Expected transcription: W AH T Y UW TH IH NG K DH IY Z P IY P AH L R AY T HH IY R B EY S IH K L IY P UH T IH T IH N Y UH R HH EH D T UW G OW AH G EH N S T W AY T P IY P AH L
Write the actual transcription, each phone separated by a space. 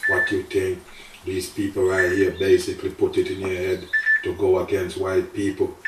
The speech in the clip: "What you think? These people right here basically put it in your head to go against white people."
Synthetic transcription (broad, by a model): W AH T Y UW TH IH NG K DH IY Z P IY P AH L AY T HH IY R B EY S IH K L IY P UH T IH T IH N Y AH R HH EH D T UW G OW AH G EH N S T W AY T P IY P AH L